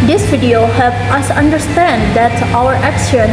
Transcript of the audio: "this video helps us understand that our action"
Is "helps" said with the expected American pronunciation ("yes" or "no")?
no